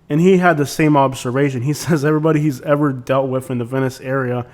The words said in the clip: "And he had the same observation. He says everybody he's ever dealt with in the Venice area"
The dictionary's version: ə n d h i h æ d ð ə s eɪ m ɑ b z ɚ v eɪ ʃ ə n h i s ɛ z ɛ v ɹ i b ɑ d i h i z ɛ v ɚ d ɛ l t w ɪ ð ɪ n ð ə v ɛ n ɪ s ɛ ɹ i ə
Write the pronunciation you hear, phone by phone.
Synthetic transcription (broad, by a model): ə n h i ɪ d ð ə s eɪ m ɑ b z ɚ v eɪ ʃ ə n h i s ɛ z ɛ v ɹ i b ɑ d i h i z ɛ v ɚ d ɛ l t w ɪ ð ɪ n ð ə v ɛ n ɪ s ɛ ɹ i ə